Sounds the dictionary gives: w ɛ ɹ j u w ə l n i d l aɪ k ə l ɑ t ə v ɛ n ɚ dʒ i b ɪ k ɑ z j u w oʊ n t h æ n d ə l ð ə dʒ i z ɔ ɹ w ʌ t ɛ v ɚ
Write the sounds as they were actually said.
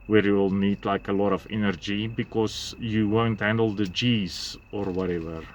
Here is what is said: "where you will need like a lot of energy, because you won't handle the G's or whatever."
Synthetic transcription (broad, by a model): w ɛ ɹ j u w l n i d l aɪ k ə l ɑ t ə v ɛ n ɚ dʒ i b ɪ k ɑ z j u w oʊ n t h æ n d ə l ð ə dʒ i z ɔ ɹ w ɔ t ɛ v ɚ